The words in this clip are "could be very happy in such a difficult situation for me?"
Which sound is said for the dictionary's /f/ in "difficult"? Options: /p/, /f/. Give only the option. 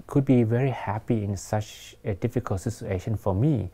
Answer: /f/